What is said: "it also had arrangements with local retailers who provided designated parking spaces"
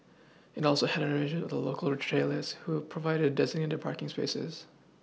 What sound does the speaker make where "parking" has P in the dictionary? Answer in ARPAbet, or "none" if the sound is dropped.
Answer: P